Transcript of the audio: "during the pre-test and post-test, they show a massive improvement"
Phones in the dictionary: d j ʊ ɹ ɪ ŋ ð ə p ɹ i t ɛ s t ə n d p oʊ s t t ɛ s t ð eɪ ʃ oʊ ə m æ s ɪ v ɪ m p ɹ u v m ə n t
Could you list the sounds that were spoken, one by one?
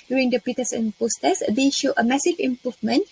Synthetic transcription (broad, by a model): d j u ɹ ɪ ŋ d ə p i t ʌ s ə n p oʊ s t t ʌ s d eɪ ʃ oʊ ə m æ s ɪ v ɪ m p ɹ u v m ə n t